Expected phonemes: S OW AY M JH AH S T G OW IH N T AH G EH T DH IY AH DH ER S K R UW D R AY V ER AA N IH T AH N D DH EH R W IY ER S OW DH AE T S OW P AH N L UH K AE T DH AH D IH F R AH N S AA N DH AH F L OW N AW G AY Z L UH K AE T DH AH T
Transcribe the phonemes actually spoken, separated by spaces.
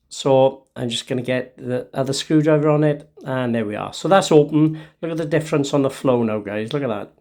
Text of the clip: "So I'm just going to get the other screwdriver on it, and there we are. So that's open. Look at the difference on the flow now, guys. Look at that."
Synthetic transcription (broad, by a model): S OW AY M JH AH S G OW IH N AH G EH T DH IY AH DH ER S K R UW D R AY V ER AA N IH T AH N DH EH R W IY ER S OW DH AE T S OW P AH N L UH K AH T DH AH D IH F R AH N S N DH AH F L OW N AW G AY Z L UH K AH T DH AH T